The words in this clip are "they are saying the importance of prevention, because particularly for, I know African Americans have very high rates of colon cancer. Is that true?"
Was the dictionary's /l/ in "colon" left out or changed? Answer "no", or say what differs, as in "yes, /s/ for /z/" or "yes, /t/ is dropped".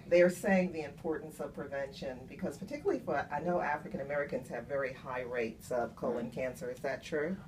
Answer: no